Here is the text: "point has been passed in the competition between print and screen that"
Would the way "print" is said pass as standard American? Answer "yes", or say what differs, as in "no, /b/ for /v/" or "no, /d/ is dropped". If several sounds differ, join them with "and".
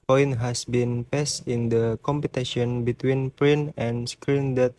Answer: no, /t/ is dropped